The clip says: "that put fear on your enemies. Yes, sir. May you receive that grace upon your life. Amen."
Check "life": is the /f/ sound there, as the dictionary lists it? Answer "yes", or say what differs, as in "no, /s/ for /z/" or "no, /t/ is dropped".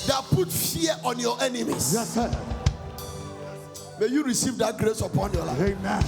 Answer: no, /f/ is dropped